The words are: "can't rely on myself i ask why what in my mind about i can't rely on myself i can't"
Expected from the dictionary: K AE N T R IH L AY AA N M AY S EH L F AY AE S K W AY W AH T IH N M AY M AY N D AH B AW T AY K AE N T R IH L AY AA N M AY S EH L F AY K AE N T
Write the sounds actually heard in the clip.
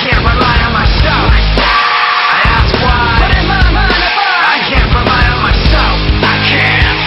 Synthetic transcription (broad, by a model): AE N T R IH L AY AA N M AY S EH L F AY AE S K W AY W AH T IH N M AY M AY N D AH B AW AY K AE N T R IH L AY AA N M AY S EH L F AY K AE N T